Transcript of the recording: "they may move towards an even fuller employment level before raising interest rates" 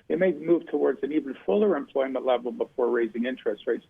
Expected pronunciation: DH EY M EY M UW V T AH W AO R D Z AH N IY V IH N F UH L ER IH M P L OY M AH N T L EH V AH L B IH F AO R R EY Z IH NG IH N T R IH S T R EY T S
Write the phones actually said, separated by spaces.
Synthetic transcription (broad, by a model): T M EY M UW V T AH W AO R D Z AH N IY V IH N F UH L ER IH M P L OY M AH N T L EH V L B IH F AO R R EY Z IH NG IH N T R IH S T R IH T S